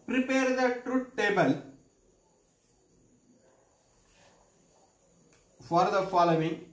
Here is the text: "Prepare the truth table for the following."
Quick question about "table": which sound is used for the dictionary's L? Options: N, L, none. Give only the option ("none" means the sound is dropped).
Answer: L